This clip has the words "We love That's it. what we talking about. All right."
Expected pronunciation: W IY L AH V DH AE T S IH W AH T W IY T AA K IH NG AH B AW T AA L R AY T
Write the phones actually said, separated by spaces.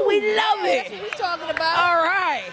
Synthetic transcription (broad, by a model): W IY L AH V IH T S IH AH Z T AA K IH NG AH B AW AA L R AY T